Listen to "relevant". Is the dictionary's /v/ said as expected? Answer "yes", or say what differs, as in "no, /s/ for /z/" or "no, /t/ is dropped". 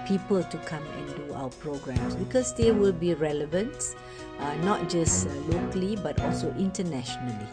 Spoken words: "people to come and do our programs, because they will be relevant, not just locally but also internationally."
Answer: yes